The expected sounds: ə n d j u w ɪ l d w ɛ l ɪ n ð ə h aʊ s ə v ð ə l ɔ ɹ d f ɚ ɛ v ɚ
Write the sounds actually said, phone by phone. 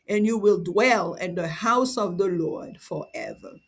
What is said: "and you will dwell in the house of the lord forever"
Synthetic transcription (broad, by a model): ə n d j u w ɪ l d w ɛ l ɪ n ð ə h aʊ s ə v ð ə l ɔ ɹ d f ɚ ɛ v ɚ